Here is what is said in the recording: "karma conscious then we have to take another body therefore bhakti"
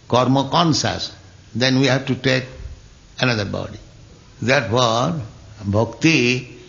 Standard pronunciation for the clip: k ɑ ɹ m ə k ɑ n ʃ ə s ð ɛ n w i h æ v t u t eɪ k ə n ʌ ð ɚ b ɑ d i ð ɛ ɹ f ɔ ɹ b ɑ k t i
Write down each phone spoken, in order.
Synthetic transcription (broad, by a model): k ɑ ɹ m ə k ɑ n s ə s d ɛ n w i h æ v t u t eɪ k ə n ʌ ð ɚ b ɑ d i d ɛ ɹ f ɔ ɹ b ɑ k t i